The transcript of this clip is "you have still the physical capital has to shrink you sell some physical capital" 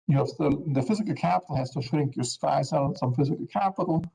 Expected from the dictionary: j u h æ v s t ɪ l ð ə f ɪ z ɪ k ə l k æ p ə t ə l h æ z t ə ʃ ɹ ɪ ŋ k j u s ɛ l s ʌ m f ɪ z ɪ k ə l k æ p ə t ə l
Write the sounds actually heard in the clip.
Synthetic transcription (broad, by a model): j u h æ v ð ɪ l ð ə f ɪ z ɪ k ə l k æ p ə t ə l h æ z t ə ʃ ɹ ɪ ŋ k j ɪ s ɛ l s ʌ m f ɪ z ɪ k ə l k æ p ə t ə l